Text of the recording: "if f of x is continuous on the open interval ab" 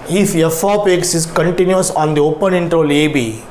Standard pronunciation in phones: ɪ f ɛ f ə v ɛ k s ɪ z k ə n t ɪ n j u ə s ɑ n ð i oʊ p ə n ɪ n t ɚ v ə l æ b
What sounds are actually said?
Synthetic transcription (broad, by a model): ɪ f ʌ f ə p ɛ k s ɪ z k ə n t ɪ n j u ə s ɑ n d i oʊ p ə n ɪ n t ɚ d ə l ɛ b